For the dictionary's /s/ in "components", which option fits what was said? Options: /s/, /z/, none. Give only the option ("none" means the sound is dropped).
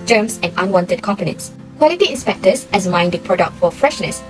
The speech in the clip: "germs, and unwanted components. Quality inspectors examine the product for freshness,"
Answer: /s/